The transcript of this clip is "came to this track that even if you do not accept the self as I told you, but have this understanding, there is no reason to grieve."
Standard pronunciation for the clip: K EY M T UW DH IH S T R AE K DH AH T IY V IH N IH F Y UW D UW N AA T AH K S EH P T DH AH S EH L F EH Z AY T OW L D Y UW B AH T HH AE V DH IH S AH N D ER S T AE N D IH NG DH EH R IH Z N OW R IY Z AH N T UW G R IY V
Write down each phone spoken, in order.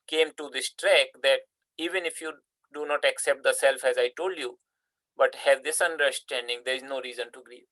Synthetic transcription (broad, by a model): K EY M T UW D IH S T R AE K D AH T IY V IH N IH F Y UW D UW N AA T AH K S EH P T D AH S EH L F EH Z AY T OW L D Y UW B AH T HH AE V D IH S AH N D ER S T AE N D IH NG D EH R IH Z N OW R IY Z AH N T UW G R IY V